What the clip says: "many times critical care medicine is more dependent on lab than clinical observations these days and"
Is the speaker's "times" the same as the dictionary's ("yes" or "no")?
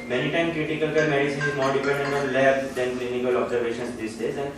no